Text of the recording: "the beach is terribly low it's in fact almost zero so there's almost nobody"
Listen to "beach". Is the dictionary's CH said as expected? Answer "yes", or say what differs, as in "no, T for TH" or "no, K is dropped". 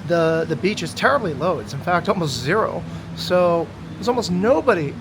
yes